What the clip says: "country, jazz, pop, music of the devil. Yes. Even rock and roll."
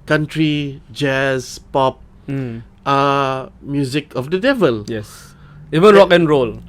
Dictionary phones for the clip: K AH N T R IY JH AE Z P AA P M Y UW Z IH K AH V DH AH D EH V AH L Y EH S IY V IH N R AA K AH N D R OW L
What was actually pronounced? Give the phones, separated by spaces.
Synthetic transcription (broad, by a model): K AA N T R IY JH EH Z P AA P M Y UW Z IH K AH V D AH D EH V AH L Y EH S IY V IH N R AA K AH N R OW L